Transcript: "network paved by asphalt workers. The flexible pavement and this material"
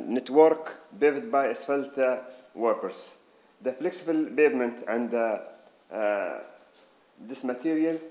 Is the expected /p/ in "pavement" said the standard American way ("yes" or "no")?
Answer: no